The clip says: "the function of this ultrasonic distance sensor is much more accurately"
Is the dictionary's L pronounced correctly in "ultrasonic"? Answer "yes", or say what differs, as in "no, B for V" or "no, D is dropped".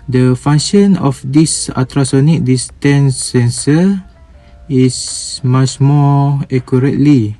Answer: no, L is dropped